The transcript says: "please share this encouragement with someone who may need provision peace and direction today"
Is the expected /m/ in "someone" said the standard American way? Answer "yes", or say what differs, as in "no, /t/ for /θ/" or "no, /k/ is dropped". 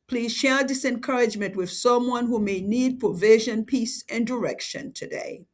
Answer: yes